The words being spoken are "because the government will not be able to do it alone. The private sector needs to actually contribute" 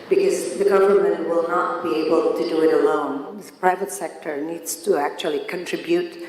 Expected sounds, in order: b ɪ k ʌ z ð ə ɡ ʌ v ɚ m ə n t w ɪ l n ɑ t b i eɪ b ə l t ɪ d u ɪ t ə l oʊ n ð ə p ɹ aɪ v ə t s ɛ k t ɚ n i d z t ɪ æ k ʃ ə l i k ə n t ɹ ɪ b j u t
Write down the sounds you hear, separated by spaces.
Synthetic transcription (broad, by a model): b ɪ k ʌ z ð ə ɡ ʌ v ɚ m ə n t w ɪ l n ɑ t b i eɪ b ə l t ɪ d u ɪ t ə l oʊ n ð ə p ɹ aɪ v ə t s ɛ k t ɚ n i d z t ɪ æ k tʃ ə l i k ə n t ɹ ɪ b j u t